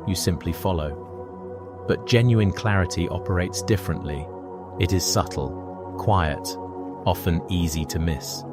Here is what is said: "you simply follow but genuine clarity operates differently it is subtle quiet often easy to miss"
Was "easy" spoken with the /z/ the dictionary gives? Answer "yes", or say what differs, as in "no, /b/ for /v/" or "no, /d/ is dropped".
yes